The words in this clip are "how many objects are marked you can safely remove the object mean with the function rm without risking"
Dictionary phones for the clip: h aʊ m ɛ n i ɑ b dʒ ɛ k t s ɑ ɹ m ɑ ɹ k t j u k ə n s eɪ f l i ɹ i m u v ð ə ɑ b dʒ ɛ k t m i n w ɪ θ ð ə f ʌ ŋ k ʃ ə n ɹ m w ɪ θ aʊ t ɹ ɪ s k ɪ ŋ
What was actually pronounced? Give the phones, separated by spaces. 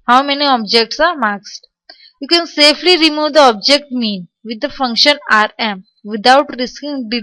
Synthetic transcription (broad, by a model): h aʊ m ɛ n i ɑ b dʒ ɛ k t s ɑ ɹ m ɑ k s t j u k ə n s eɪ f l i ɹ i m u v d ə ɑ b dʒ ɛ k t m i n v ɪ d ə f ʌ ŋ k ʃ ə n ɹ m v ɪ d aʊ t ɹ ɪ s k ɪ ŋ